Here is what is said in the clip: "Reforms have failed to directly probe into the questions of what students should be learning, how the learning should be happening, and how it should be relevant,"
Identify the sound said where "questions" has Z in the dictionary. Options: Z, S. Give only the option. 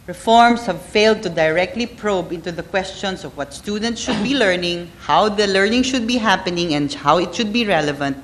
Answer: S